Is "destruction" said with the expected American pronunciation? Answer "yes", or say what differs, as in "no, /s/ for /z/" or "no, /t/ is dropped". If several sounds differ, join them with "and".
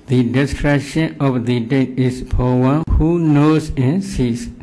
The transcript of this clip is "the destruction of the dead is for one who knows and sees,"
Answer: no, /k/ is dropped